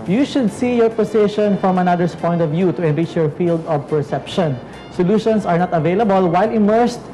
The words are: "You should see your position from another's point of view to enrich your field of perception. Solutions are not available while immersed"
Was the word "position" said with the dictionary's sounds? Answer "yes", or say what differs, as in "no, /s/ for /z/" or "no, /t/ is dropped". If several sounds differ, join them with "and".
no, /s/ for /z/